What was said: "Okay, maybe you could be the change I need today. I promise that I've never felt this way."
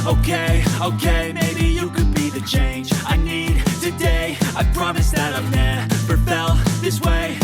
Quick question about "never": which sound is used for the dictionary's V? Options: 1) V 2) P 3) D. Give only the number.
2